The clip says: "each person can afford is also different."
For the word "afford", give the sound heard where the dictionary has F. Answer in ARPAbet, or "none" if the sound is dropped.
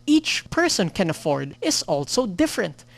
F